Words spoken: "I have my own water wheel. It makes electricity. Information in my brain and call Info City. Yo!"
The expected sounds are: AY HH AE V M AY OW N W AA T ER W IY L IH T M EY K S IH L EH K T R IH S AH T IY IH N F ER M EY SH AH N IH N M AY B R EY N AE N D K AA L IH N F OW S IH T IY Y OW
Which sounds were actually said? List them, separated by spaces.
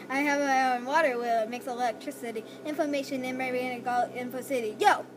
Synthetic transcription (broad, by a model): AY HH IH V M AY OW N W AA T ER W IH L IH T M EY K S IH L EH K T R IH S AH T IY IH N F ER M EY SH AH N IH N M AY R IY AE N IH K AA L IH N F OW S IH T IY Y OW